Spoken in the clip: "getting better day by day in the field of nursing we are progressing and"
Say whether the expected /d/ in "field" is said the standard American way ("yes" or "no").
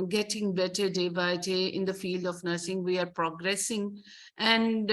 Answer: yes